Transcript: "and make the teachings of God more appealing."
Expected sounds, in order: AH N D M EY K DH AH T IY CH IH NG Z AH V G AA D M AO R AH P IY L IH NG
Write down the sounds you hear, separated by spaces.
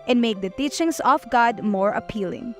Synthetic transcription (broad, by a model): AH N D M EY K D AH T IY CH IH NG S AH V G AA D M AO R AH P IY L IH NG